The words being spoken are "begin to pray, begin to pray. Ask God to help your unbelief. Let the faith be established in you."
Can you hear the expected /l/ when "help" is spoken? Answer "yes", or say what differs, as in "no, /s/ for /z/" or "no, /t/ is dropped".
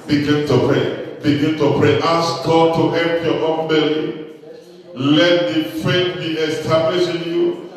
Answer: yes